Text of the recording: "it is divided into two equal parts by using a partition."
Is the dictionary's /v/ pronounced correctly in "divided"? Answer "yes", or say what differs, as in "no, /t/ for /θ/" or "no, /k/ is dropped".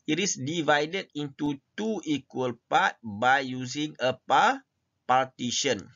yes